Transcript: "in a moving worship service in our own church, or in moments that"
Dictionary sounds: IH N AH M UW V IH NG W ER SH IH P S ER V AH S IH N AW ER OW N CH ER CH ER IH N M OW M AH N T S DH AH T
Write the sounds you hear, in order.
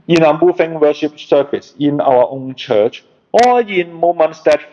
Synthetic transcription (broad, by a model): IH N AH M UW F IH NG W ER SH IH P S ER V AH S IH N AW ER OW N CH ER CH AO IH N M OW M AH N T S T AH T